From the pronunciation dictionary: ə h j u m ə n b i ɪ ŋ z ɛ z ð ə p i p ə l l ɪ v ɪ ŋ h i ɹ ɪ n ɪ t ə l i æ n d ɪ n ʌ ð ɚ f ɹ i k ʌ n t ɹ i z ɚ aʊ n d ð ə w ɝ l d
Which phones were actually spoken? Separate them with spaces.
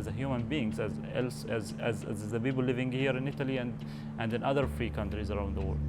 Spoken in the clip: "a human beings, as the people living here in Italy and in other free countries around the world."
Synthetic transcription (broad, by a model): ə h j u m ə n b i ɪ ŋ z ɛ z ð ə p i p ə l l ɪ v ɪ ŋ h i ɹ ɪ n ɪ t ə l i æ n d ɪ n ʌ ð ɚ f ɹ i k ʌ n t ɹ i z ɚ aʊ n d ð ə w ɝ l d